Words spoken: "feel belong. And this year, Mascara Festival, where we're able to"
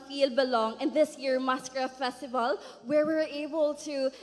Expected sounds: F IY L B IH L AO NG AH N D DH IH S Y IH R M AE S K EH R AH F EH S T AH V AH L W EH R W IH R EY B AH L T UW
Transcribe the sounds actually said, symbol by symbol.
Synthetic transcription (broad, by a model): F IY L B IH L AO NG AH N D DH IH S Y IH R M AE S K R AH F EH S T AH V AH L W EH R W IH R EY B AH L T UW